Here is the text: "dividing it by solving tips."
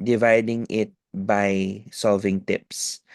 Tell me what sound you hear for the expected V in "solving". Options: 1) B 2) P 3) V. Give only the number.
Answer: 3